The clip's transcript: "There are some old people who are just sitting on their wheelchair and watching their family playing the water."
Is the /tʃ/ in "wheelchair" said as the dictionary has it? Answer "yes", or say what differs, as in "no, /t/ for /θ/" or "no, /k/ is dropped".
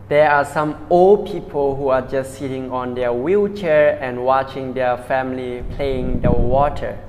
yes